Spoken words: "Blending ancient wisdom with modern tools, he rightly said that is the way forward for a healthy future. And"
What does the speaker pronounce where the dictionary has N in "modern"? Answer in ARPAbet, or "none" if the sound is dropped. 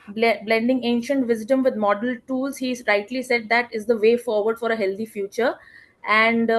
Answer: L